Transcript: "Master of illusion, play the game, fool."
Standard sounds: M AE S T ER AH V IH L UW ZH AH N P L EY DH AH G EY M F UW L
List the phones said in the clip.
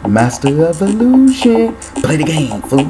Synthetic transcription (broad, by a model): M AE S T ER AH V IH L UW SH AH N P L EY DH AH G EY M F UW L